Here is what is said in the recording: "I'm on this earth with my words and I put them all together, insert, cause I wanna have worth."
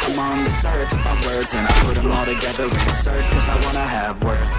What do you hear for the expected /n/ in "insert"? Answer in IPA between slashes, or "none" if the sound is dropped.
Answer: none